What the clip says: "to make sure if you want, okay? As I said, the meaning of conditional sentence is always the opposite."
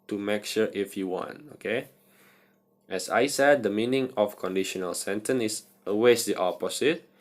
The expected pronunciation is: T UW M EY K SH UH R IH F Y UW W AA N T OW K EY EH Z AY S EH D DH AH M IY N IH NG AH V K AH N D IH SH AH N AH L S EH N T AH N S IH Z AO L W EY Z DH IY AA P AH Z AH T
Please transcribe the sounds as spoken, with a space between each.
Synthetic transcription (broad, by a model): T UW M EY K SH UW R IH F Y UW W AA N T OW K EY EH S AY S EH D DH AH M IY N IH NG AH F K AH N D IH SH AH N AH L S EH N T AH N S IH S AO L W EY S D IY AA P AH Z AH T